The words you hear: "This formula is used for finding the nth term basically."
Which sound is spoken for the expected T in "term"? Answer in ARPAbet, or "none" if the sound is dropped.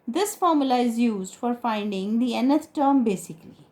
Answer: T